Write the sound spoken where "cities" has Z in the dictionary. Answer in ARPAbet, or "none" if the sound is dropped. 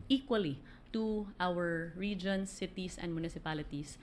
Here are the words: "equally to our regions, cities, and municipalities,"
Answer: S